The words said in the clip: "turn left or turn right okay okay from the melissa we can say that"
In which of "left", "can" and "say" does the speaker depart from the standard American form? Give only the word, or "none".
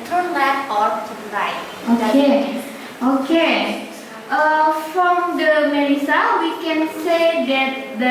left